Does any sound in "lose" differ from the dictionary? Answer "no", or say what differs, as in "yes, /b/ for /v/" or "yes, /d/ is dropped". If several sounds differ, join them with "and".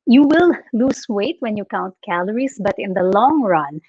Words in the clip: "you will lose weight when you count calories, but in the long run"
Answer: yes, /s/ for /z/